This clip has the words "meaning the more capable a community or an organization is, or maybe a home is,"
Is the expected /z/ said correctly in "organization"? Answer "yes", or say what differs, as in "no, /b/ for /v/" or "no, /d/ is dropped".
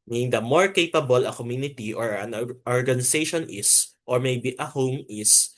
no, /s/ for /z/